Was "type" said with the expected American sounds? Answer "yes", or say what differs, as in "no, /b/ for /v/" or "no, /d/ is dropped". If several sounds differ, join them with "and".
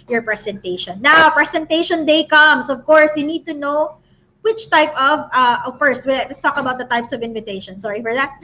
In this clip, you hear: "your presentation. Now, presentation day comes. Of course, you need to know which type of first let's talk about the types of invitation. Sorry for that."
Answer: yes